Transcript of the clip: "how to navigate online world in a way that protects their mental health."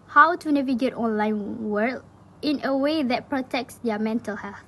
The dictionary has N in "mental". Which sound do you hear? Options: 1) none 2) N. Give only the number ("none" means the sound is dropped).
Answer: 2